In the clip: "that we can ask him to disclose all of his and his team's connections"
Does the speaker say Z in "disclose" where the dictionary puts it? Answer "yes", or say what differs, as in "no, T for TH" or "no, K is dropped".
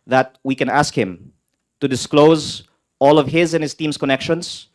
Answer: yes